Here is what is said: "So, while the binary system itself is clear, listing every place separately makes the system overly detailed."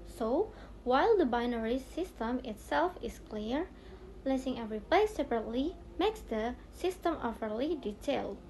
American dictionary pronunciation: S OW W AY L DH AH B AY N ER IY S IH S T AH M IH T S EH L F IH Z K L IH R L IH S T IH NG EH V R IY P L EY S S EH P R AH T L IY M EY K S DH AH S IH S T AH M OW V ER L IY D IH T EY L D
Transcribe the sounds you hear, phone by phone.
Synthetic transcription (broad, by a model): S OW W AY L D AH B AY N ER IY S IH S T AH M IH T S EH L F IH S K L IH R L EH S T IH NG EH V R IY P L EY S S EH P R AH T L IY M EY K S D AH S IH S T AH M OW F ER L IY D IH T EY L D